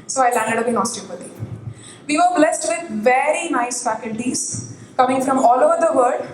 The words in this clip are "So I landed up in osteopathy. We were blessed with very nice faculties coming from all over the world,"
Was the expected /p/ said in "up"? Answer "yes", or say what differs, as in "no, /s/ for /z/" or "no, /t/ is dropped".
no, /b/ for /p/